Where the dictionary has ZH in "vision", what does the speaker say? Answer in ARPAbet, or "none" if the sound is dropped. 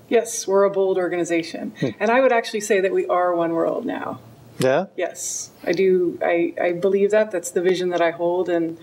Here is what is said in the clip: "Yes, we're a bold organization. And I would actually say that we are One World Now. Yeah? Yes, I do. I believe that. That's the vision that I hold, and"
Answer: ZH